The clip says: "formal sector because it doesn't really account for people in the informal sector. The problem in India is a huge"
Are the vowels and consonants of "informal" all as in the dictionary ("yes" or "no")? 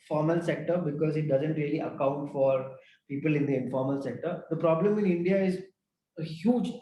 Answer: yes